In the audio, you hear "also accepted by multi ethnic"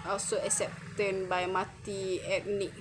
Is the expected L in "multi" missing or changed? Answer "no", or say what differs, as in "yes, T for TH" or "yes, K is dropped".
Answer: yes, L is dropped